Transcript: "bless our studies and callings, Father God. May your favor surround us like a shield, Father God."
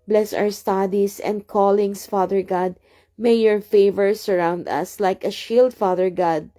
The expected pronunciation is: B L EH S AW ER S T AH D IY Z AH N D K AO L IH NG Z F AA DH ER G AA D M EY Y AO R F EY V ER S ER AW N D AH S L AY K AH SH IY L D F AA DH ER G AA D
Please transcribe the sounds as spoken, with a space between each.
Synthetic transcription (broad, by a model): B L EH S AW ER S T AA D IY S AH N D K AO L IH NG S F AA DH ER G AA D M EY Y AO R F EY V ER S ER AW N D AH S L AY K AH SH IY L D F AA DH ER G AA D